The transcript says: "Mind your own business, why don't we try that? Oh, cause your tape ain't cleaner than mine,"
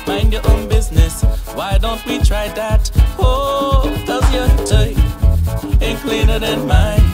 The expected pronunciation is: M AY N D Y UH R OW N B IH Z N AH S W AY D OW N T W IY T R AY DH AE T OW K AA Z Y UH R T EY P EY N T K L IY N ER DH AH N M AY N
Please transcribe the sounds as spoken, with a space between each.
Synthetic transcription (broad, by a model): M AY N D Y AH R OW N B IH Z N AH S W AY D OW N T W IY T R AY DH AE T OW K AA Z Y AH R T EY EY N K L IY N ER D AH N M AY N